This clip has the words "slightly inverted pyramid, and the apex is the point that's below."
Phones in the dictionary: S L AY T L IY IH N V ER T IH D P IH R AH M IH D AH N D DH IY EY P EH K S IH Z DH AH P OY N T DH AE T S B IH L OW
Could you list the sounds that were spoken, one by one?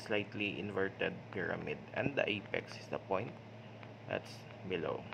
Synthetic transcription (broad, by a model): S L AY T L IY IH N V ER T IH D P IH R AH M IH D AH N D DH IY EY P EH K S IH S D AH P OY N T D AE T S B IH L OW